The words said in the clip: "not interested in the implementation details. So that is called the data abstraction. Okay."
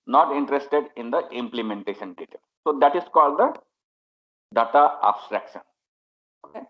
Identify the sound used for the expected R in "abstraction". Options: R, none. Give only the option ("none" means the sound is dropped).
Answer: R